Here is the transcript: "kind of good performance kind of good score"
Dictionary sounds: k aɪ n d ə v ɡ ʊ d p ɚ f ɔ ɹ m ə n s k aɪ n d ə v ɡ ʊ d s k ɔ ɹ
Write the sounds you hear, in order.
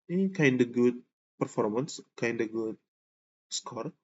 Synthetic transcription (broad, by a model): k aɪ n d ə ɡ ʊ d p ɚ f ɔ ɹ m ə n s k aɪ n d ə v ɡ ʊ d s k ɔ ɹ